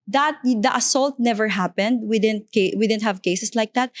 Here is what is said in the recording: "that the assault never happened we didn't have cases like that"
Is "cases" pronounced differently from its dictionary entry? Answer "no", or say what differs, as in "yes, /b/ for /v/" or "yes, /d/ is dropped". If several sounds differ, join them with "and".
yes, /s/ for /z/